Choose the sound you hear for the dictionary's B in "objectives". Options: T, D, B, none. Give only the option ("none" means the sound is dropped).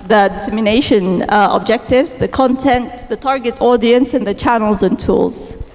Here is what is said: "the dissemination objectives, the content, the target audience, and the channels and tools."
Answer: B